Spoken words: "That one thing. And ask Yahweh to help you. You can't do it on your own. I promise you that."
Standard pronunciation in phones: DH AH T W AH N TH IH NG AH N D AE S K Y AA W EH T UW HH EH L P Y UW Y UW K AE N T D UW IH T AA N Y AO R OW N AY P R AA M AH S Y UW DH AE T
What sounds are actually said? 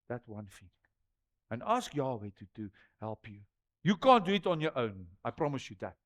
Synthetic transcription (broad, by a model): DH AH T W AH N F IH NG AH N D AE S K Y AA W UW T UW HH EH L P Y UW Y UW K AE N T D UW IH T AA N Y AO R OW N AY P R AA M AH S Y UW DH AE T